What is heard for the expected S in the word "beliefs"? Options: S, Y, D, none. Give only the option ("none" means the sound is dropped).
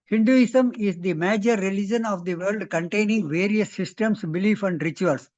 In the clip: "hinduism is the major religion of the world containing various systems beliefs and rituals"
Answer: none